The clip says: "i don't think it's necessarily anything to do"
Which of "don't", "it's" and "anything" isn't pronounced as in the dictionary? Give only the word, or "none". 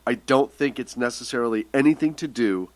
none